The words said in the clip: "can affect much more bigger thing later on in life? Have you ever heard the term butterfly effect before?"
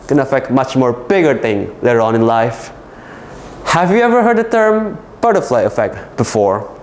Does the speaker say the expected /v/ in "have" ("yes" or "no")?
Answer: yes